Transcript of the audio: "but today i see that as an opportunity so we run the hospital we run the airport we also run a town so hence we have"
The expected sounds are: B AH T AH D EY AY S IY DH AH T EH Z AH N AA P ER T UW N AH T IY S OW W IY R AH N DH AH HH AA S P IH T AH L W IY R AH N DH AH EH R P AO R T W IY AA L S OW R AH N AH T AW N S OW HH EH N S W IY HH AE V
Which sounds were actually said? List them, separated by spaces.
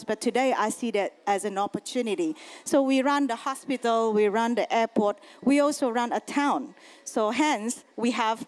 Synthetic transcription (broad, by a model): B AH T AH D EY AY S IY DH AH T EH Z AH N AA P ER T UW N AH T IY S OW W IY R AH N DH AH HH AA S P IH T AH L W IY R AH N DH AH EH P AO T W IY AA L S OW R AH N AH T AW N S OW HH EH N S W IY HH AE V